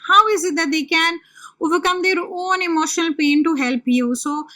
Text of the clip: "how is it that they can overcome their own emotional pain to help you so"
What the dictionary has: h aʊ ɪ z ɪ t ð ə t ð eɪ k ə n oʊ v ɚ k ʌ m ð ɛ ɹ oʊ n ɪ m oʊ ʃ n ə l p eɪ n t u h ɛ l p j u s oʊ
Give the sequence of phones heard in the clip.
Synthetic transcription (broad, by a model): h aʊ ɪ z ɪ t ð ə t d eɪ k ə n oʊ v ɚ k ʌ m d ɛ ɹ oʊ n ɪ m oʊ ʃ n ə l p eɪ n t u h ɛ l p j u s oʊ